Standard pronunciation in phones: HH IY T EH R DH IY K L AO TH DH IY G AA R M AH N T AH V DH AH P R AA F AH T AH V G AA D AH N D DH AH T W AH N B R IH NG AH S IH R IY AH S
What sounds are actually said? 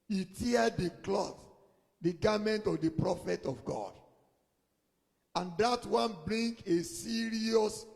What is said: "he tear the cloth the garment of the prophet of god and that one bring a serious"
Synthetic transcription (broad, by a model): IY T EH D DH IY K L AO TH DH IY G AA M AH N T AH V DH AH P R AA F AH T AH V G AA D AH N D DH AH T W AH N B R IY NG AH S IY R IY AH S